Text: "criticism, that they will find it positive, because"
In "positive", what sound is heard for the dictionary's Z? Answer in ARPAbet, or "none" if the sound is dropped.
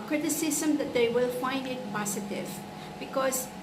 S